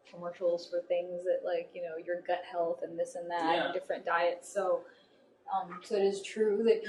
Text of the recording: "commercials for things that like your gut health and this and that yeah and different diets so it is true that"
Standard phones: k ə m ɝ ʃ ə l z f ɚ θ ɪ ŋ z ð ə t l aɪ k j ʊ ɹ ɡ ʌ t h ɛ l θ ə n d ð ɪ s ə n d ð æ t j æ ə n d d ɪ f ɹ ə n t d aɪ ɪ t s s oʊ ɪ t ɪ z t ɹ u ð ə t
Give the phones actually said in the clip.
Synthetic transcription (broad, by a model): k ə m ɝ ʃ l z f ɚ θ ɪ ŋ z ð ə t l aɪ k j ʊ ɹ ɡ ʌ t h ɛ l θ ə n ð ɪ s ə n ð æ t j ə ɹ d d ɪ f ɹ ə n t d aɪ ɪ t s s oʊ ɪ t ɪ z t ɹ u ð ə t